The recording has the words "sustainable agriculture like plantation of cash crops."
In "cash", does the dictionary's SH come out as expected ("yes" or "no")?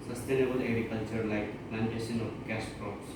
no